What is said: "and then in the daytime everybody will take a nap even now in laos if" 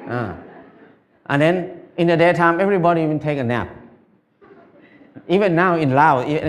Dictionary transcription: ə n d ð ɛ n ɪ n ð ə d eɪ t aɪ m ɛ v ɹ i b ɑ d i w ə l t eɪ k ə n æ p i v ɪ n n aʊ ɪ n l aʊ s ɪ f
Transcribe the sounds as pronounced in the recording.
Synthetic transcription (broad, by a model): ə n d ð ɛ n ɪ n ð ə d eɪ t aɪ m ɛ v ɹ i b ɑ d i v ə n t eɪ k ə n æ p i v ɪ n n aʊ ɪ n l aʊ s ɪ